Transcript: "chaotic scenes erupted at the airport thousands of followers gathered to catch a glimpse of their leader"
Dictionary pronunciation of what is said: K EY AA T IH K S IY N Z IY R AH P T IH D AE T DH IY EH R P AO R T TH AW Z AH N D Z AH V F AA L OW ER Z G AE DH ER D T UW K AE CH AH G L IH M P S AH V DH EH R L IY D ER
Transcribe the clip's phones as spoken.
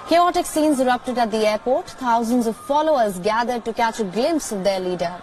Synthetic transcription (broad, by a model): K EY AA T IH K S IY N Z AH R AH P T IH D AE T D IY EH R P AO R T T AW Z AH N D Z AH V F AA L OW ER Z G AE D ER D T UW K AE CH AH G L IH M P S AH V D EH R L IY D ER